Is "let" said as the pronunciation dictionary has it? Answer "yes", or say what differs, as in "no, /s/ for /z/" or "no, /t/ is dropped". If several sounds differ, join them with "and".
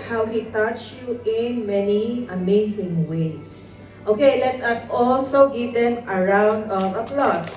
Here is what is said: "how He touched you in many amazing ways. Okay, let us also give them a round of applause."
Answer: yes